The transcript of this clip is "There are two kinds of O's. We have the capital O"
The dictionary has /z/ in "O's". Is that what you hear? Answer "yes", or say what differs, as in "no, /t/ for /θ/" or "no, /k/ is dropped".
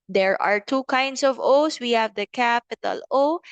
no, /s/ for /z/